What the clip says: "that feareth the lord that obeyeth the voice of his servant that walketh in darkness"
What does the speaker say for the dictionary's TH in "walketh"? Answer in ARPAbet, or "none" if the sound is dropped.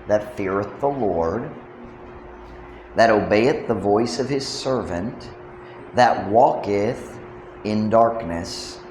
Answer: TH